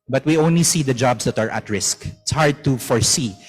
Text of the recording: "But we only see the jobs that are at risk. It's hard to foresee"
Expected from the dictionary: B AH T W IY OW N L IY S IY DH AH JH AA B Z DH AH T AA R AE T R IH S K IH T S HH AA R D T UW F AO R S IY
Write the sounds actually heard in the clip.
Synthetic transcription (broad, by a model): B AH T W IY OW N L IY S IY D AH JH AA B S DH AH T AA R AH T R IH S K IH T S HH AA R D T UW F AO R S IY